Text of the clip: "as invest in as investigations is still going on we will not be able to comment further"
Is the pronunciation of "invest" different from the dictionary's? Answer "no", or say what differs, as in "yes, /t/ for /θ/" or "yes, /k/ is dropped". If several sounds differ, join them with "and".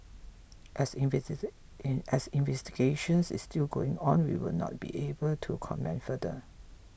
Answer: yes, /t/ is dropped